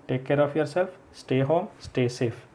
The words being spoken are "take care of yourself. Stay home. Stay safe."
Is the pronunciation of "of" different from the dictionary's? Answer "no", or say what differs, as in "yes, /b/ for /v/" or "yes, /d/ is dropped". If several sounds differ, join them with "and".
yes, /p/ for /v/